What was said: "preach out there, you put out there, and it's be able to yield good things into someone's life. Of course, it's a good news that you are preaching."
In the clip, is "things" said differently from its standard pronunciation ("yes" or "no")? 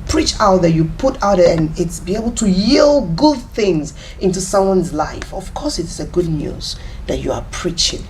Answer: no